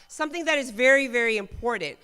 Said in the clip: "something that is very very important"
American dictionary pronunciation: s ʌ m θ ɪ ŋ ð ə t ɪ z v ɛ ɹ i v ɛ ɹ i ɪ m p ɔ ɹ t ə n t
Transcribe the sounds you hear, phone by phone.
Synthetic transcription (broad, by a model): s ʌ m θ ɪ ŋ ð ə t ɪ z v ɛ ɹ i v ɛ ɹ i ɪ m p ɔ ɹ t n t